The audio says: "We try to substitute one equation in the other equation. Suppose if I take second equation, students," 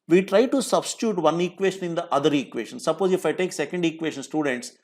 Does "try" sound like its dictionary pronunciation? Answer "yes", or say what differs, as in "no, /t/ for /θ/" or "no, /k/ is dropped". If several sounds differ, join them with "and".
yes